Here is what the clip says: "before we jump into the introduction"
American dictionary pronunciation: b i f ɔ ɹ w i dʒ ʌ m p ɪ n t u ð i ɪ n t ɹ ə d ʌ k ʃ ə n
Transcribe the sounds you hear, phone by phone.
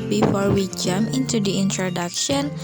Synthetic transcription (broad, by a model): b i f ɔ ɹ w i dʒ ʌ m ɪ n t u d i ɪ n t ɹ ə d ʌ k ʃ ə n